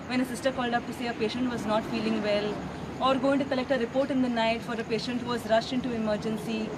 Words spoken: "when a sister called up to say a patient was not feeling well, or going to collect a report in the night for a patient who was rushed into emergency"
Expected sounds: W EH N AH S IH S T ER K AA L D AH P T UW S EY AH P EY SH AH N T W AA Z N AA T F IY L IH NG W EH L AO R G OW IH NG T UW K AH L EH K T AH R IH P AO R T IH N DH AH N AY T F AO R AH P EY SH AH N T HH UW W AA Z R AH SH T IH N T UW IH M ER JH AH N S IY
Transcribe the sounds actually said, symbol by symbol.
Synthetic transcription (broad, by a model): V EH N AH S IH S T ER K AA L D AH P T UW S EY AH P EY SH AH N T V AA Z N AA T F IY L IH NG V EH L AO R G OW IH NG T UW K AH L EH K T AH R IH P AO R T IH N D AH N AY T F AO R AH P EY SH AH N T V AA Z R AH SH T IH N T UW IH M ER JH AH N S IY